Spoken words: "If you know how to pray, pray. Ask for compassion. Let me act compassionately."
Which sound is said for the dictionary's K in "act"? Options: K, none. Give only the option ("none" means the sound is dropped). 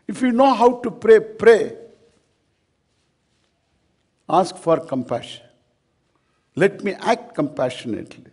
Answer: K